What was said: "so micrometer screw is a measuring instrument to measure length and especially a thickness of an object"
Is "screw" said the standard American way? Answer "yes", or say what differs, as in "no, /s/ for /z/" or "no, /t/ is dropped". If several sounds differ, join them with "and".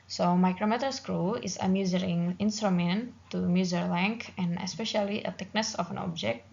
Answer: yes